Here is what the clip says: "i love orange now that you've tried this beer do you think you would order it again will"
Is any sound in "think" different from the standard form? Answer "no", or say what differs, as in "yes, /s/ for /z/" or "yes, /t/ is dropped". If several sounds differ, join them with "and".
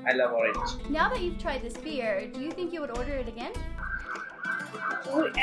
no